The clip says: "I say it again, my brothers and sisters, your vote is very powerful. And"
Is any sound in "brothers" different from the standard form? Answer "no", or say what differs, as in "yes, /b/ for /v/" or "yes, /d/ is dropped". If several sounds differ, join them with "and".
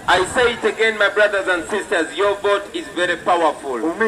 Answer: no